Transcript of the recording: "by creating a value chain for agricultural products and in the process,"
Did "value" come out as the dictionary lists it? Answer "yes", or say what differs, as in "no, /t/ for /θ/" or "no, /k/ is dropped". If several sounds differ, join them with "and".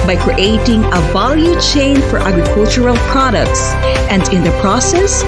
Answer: yes